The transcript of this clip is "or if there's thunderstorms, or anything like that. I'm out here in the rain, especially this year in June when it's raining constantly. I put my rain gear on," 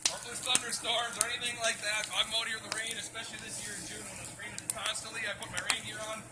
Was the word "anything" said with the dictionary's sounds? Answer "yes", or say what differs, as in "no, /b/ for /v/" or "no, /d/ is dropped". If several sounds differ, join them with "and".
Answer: yes